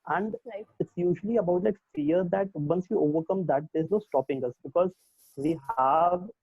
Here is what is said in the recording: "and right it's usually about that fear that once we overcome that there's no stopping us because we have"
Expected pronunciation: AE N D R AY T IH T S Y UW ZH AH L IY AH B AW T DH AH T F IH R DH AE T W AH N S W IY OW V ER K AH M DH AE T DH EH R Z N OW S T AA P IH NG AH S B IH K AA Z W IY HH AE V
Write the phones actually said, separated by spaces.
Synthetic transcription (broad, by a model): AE N D L AY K IH T S Y UW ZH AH L IY AH B AW T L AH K F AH R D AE T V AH N S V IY OW V ER K AH M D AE T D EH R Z N OW S T AA P IH NG AH S B IH K AA Z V IY HH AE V